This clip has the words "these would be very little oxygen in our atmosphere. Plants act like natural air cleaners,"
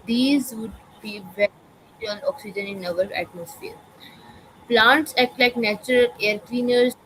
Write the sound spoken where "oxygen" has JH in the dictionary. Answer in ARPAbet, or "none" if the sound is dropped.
JH